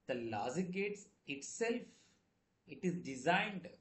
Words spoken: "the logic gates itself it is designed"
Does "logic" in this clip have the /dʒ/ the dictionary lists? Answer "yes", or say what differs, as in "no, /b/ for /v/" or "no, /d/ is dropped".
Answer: no, /z/ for /dʒ/